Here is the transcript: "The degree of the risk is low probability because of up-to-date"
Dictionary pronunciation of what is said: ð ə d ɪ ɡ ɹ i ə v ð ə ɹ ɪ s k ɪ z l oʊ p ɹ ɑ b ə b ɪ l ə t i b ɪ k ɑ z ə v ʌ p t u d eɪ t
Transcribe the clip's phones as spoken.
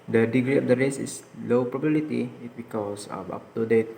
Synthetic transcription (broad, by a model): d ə d ɪ ɡ ɹ i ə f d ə ɹ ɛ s ɪ s l oʊ p ɹ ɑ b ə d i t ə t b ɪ k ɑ s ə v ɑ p t u d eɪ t